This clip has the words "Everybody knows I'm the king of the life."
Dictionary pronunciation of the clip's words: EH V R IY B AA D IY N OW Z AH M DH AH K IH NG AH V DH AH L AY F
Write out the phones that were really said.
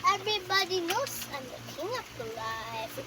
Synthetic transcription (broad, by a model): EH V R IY B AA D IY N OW S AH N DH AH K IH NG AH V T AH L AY